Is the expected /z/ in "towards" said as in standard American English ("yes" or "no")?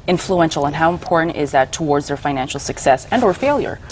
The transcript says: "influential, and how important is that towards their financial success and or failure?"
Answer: yes